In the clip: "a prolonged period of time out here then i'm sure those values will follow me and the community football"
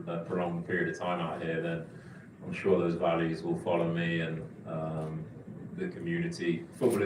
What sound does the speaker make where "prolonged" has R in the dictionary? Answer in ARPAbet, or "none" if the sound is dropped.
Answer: none